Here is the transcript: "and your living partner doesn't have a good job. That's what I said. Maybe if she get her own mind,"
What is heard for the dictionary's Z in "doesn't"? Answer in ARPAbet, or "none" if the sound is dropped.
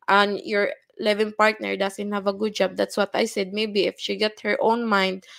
S